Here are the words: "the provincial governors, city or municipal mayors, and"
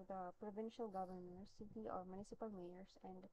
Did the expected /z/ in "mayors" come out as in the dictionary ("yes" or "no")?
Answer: no